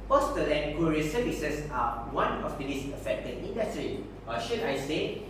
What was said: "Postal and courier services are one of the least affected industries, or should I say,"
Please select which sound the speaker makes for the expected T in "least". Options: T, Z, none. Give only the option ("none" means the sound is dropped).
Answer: none